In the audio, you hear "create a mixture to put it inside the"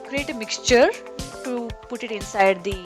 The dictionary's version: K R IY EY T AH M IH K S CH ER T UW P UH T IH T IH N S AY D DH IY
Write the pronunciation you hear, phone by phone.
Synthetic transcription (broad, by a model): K R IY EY T AH M IH K S CH ER T UW P UH T IH T IH N S AY D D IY